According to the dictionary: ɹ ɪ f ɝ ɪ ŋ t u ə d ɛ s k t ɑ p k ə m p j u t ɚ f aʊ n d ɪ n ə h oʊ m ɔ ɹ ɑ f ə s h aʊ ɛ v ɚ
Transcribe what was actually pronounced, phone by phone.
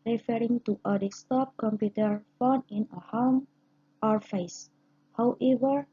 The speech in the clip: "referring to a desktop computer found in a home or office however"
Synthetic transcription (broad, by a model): ɹ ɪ f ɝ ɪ ŋ t u ə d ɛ s t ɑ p k ə m p j u t ɚ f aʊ n ɪ n ə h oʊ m ɔ ɹ f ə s h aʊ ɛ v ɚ